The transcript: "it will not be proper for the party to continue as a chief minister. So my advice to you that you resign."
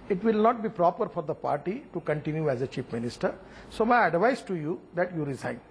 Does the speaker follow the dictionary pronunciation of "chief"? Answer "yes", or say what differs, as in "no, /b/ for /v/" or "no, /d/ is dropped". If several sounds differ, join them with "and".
no, /p/ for /f/